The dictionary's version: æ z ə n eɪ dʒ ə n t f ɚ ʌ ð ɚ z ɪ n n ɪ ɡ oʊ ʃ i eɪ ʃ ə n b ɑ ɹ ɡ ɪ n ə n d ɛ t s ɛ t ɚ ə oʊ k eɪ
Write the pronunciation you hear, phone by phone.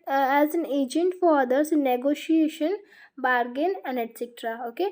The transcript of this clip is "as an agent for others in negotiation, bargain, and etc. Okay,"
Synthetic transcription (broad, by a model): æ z ə n eɪ dʒ ə n t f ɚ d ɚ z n n ɪ ɡ oʊ ʃ i eɪ ʃ ə n b ɑ ɹ ɡ ɪ n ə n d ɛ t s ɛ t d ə oʊ k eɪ